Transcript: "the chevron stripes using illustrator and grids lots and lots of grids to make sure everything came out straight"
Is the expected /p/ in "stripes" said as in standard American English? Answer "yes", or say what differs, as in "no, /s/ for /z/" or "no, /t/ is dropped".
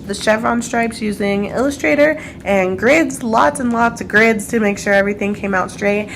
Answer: yes